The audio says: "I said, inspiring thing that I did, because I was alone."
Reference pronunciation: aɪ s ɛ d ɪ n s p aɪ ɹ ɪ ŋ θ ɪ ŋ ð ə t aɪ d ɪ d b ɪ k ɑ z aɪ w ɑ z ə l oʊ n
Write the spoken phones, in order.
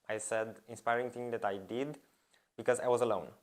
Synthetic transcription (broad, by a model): aɪ s ɛ d ɪ n s p aɪ ɹ ɪ ŋ t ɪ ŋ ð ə t aɪ d ɪ d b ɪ k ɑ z aɪ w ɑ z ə l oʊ n